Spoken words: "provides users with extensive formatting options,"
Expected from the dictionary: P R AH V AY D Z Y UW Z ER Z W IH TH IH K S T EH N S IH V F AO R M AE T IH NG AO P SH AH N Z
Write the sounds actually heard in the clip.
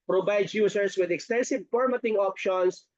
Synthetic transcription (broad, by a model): P R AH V AY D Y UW S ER S W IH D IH K S T EH N S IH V P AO R M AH T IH NG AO P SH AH N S